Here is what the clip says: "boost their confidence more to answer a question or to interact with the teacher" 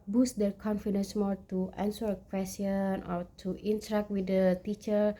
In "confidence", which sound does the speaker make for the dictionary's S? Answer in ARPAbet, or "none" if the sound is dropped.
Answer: S